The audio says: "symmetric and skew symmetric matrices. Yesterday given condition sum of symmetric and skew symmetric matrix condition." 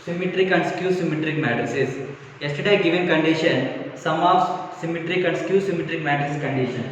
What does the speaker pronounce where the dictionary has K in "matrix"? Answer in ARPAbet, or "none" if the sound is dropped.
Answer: none